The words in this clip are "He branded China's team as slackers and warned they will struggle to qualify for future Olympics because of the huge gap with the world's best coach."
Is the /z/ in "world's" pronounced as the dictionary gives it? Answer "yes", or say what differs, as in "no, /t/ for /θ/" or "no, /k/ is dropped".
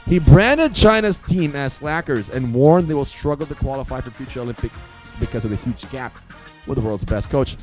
yes